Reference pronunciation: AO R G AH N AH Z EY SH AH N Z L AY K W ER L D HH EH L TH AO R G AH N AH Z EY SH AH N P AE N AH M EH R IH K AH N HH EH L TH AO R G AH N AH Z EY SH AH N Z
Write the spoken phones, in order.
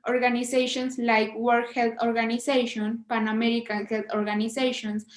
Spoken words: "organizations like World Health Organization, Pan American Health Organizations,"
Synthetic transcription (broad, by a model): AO R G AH N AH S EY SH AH N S L AY K W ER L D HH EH L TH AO R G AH N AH S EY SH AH N P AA N AH M EH R IH K AH N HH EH L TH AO R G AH N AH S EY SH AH N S